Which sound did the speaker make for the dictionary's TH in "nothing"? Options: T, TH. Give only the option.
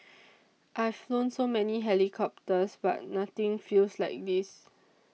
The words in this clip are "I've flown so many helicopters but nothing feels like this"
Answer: T